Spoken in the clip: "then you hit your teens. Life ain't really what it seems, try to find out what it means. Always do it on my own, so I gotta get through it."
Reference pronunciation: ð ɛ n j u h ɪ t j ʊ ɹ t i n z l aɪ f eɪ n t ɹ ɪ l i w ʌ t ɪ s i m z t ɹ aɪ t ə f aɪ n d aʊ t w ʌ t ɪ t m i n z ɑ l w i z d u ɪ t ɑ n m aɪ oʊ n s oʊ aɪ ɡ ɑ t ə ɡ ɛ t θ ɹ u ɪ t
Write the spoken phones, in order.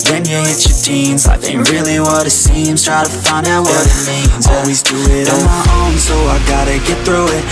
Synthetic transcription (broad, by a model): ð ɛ n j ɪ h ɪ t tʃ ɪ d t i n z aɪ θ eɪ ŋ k ɹ ɪ l i w ʌ t ɪ s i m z t ɹ aɪ t ə f aɪ n d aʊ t w ʌ t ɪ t m i n z ɑ l w i z d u ɪ t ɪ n m aɪ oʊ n s oʊ aɪ ɡ ɑ t ə ɡ ɛ t θ ɹ u ɪ t